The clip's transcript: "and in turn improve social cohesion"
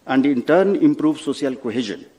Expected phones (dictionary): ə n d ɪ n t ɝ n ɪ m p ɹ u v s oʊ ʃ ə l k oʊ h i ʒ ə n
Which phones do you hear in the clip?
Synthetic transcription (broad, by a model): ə n d ɪ n t ɝ n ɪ m p ɹ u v s oʊ s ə l k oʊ h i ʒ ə n